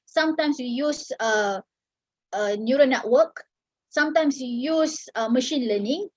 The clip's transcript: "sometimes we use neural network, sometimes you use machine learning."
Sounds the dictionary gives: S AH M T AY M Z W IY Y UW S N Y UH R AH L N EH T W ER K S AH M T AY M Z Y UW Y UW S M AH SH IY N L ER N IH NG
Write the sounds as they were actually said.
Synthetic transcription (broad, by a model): S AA M T AY M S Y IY Y UW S N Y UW R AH N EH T W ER K S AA M T AY M S Y UW Y UW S M AH SH IY N L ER N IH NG